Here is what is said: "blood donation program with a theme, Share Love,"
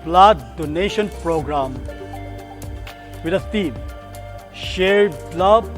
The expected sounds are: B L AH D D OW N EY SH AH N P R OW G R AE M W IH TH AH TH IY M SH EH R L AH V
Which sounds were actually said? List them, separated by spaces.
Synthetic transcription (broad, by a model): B L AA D D OW N EY SH AH N P R OW G R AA M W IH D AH T IY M SH EH R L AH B